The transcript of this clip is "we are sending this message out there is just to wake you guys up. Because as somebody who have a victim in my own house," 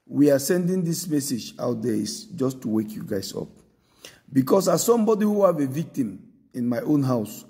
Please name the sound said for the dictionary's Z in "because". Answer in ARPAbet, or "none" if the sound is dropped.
S